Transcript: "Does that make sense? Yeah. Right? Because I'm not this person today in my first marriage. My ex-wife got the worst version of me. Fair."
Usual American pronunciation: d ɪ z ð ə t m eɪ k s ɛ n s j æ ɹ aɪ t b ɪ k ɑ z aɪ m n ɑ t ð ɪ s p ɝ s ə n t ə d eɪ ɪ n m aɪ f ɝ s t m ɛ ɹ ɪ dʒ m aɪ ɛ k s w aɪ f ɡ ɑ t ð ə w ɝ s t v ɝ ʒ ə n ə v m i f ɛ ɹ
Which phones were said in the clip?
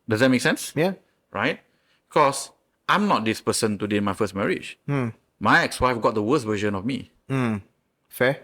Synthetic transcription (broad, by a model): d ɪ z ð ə t m eɪ k s ɛ n s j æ ɹ aɪ t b k ɑ s aɪ m n ɑ t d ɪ s p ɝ s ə n t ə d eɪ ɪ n m aɪ f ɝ s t m ɛ ɹ ɪ dʒ m aɪ ɛ k s w aɪ f ɡ ɑ t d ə w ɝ s t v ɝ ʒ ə n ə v m i f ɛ